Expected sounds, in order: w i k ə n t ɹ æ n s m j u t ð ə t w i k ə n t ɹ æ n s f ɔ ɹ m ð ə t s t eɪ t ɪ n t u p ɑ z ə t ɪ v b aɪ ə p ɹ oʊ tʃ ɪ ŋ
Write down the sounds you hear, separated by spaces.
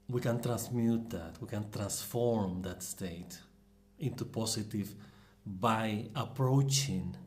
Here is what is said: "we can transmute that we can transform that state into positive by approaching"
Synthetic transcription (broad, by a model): w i k ə n t ɹ æ n s m j u t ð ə t w i k ə n t ɹ æ n s f ɔ ɹ m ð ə t s t eɪ t ɪ n t u p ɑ s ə t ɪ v b aɪ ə p ɹ oʊ tʃ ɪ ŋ